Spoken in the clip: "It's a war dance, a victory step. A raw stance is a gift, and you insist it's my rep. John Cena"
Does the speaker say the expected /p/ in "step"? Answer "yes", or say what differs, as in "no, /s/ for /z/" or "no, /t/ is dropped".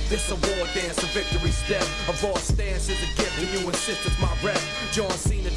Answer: no, /p/ is dropped